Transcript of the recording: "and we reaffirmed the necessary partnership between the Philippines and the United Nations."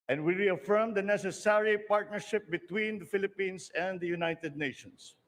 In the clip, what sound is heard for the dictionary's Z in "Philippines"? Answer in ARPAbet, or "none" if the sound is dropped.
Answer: S